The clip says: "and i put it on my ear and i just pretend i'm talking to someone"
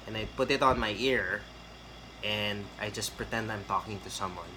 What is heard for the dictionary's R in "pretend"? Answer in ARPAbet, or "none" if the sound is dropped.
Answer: R